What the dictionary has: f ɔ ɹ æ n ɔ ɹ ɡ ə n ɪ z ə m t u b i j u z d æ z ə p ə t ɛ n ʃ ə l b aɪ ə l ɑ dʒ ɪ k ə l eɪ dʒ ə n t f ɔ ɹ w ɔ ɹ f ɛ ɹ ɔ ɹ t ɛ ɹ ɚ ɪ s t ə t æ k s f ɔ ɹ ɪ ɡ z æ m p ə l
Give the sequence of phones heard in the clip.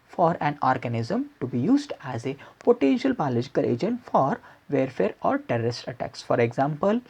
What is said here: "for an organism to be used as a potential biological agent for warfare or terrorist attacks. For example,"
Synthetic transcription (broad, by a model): f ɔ ɹ æ n ɔ ɹ ɡ ə n ɪ z ə m t u b i j u z d æ z ə p ə t ɛ n ʃ ə l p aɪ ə l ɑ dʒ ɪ k ə l eɪ dʒ ə n t f ɔ ɹ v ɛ ɹ f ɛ ɹ ɔ ɹ t ɛ ɹ ɚ ɪ s t ə t æ k s f ɔ ɹ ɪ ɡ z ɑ m p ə l